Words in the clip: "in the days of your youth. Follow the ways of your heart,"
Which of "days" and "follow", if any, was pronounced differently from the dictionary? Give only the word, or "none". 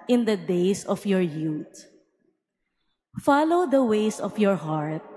days